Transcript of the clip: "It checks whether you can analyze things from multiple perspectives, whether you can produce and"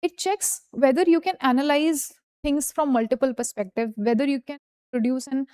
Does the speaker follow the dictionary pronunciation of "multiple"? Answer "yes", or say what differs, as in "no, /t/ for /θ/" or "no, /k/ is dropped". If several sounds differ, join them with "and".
yes